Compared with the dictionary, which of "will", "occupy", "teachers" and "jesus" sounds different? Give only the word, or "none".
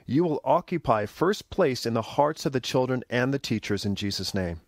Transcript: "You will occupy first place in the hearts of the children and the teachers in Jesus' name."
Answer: none